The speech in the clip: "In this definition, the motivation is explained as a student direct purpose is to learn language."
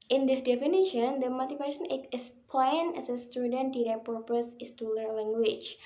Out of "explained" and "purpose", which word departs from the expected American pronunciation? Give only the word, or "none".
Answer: explained